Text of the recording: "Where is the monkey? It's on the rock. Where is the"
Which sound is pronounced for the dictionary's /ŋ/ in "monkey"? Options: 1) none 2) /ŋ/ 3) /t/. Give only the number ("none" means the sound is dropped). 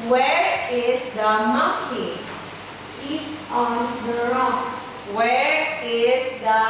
1